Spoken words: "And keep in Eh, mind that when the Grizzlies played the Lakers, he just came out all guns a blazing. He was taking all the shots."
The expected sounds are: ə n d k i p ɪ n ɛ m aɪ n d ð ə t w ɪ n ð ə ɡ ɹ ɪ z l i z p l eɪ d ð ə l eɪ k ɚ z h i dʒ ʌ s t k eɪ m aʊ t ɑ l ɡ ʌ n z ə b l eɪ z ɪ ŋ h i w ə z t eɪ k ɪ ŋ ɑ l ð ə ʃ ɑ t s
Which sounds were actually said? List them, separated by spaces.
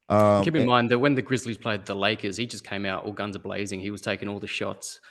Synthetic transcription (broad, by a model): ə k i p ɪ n m aɪ n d ð ə t w ɪ n ð ə ɡ ɹ ɪ z l i z p l eɪ d ð ə l eɪ k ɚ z h i dʒ ʌ s k eɪ m aʊ t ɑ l ɡ ʌ n z ə b l eɪ z ɪ ŋ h i w ə z t eɪ k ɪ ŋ ɑ l ð ə ʃ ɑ t s